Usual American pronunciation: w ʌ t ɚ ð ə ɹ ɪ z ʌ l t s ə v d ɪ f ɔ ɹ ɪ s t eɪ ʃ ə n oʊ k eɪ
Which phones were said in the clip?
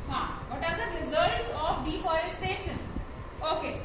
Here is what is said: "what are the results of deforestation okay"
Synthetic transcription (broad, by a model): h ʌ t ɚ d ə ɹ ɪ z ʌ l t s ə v d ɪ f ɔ ɪ s t eɪ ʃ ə n oʊ k eɪ